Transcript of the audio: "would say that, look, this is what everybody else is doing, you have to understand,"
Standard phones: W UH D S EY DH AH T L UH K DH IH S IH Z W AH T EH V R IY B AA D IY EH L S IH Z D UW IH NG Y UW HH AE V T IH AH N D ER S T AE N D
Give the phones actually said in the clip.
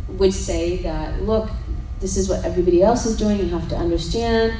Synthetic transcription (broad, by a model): W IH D S EY DH AH T L UH K DH IH S IH Z W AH T EH V R IY B AA D IY EH L S IH Z D UW IH NG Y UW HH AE F T IH AH N D ER S T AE N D